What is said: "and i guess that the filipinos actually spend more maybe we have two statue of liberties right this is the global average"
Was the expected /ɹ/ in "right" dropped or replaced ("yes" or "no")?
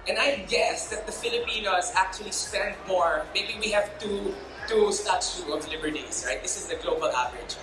no